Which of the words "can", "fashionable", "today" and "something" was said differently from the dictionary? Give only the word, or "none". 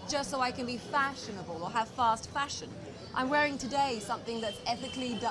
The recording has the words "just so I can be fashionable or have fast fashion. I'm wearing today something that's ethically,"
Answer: none